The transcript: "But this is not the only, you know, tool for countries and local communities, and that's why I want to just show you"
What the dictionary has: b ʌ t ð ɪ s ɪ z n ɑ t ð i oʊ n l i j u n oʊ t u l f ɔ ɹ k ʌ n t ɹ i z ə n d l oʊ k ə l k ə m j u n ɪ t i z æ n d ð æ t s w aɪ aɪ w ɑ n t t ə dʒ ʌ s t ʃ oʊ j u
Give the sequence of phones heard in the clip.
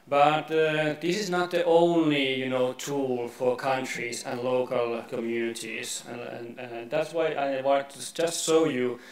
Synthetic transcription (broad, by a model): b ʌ t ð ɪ s ɪ z n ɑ t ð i oʊ n l i j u n oʊ t u l f ɔ ɹ k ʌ n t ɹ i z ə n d l oʊ k ə l k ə m j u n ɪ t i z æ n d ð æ t s w aɪ aɪ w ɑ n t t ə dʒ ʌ s t ʃ oʊ j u